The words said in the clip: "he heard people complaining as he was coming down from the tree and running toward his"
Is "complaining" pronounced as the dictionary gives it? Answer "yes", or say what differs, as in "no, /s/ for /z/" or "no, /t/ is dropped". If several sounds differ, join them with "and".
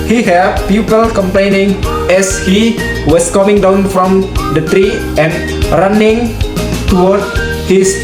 yes